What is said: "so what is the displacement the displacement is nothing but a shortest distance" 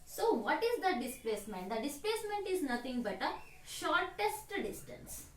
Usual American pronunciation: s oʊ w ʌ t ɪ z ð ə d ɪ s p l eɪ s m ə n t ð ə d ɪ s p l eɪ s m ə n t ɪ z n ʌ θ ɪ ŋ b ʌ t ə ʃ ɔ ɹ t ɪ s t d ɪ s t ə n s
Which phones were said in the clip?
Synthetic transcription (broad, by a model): s oʊ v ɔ t ɪ z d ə d ɪ s p l eɪ s m ə n t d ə d ɪ s p l eɪ s m ə n t ɪ z n ʌ t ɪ ŋ b ʌ t ə ʃ ɔ ɹ t ɪ s t d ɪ s t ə n s